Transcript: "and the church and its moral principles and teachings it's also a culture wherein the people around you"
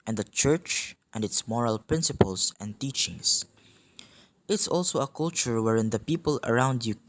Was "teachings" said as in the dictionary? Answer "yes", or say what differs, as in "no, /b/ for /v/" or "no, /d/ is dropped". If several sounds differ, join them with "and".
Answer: no, /s/ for /z/